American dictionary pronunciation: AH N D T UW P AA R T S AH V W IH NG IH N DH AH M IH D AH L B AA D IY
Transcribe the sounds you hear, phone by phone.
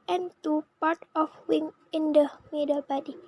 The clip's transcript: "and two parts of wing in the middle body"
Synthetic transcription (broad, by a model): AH N T UW P AA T AH F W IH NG IH N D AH M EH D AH B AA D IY